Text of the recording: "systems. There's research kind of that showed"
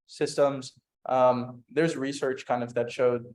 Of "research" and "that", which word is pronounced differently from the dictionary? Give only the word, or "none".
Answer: none